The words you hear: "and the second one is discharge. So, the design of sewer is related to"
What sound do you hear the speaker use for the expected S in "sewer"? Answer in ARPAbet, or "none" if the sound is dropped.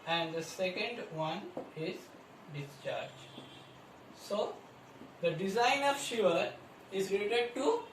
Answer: SH